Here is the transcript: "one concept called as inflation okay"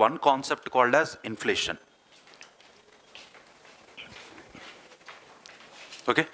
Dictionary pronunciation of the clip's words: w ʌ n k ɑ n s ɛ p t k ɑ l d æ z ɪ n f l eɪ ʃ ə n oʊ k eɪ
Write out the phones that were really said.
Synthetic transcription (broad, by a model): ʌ n k ɑ n s ɛ p t k ɑ l d æ z ɪ n f l eɪ ʃ ə n oʊ k eɪ